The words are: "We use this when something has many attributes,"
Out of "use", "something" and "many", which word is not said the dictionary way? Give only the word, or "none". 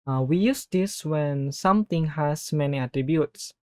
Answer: something